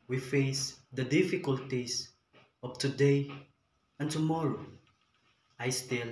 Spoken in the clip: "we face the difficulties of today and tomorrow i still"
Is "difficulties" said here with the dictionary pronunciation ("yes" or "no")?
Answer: no